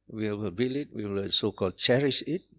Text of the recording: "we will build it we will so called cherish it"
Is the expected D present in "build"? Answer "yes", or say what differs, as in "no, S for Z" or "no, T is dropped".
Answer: no, D is dropped